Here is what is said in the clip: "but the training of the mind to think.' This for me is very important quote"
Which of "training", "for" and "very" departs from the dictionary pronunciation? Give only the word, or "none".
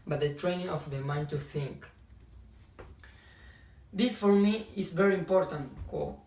none